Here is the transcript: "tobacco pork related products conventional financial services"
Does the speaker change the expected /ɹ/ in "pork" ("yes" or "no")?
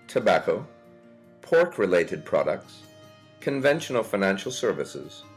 no